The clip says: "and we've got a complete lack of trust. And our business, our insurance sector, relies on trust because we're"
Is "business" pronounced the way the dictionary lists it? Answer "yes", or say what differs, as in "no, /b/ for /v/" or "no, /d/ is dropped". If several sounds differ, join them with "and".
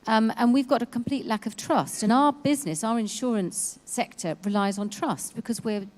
yes